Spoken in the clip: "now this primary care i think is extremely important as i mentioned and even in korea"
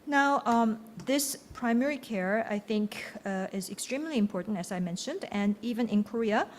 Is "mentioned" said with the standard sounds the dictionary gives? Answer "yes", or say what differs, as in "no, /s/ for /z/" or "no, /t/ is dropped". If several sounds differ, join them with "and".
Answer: yes